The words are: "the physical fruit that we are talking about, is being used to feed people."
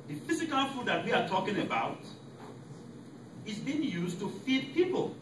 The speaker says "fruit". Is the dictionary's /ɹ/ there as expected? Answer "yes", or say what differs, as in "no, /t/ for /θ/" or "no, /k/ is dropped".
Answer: no, /ɹ/ is dropped